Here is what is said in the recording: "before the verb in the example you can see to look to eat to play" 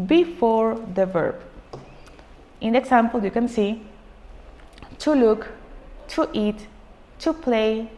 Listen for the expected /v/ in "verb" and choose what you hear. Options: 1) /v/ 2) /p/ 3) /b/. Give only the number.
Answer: 1